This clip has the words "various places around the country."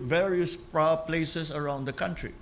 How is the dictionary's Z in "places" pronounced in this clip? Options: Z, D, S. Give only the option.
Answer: S